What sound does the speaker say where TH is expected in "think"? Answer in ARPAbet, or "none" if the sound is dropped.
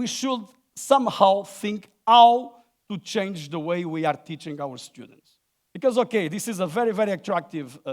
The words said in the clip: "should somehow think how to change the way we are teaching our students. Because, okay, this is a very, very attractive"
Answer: TH